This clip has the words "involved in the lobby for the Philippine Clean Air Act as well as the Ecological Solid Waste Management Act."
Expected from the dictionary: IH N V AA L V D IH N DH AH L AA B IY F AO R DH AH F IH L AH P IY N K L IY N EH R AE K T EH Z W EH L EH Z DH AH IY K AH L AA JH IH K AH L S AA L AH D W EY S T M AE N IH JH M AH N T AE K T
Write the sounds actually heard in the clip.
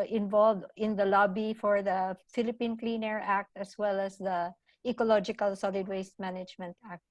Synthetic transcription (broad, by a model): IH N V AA L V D IH N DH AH L AA B IY F AO R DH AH F IH L AH P IY N K L IY N EH R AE K T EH S W EH L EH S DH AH IY K AH L AA JH IH K AH L S AA L AH D W EY S T M AE N IH JH M AH N T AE K T